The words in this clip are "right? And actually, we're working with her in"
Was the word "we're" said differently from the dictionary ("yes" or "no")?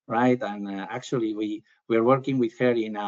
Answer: no